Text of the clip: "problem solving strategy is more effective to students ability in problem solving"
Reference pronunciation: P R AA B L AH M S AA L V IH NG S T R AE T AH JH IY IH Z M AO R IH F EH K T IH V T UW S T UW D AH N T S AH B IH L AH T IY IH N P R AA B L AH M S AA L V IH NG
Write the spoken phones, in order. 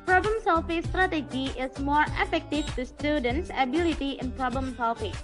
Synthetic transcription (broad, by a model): P R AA B L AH M S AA L F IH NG S T R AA T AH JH IY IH S M AO R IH F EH K T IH F T UW S T UW D AH N T S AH B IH L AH T IY IH N P R AA B L AH M S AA L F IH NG